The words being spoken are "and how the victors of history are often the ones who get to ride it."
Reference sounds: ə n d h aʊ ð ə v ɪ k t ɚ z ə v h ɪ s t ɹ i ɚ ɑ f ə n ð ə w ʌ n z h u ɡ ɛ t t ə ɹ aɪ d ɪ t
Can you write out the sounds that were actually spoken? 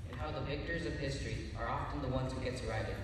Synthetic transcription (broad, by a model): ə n h aʊ ð ə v ɪ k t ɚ z ə v h ɪ s t ɹ i ɚ ɑ f ə n ð ə w ʌ n z h u ɡ ɛ t s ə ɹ aɪ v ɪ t